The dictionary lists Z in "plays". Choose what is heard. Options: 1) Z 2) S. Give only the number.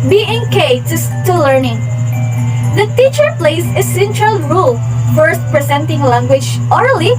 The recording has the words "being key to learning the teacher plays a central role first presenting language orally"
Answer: 2